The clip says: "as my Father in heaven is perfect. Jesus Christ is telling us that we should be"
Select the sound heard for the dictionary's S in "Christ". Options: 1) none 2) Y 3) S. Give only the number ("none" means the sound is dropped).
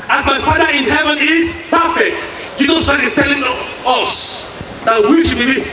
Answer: 1